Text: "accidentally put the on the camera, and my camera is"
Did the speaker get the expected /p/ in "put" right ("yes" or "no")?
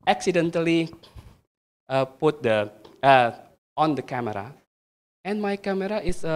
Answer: yes